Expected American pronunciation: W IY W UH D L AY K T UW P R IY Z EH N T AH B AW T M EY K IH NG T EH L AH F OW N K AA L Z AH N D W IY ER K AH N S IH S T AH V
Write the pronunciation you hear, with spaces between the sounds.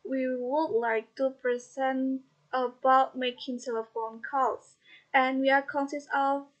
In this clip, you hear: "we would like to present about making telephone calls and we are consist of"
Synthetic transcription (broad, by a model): W IY W UH D L AY K T UW P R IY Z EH N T AH B AW T M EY K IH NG S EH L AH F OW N K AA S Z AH N W IY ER K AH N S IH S AH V